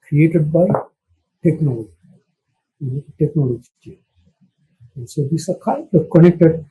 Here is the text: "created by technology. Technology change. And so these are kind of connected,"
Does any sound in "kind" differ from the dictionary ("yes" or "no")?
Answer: yes